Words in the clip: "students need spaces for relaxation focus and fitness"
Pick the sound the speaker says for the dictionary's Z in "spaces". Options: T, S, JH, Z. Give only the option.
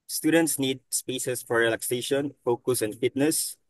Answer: S